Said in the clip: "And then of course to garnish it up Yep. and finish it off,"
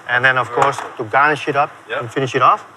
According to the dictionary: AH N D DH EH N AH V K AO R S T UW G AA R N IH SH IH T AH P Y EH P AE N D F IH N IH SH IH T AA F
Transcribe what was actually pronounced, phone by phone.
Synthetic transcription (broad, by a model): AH N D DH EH N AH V K AO R S T UW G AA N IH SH IH T AH P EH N F IH N IH SH IH T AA F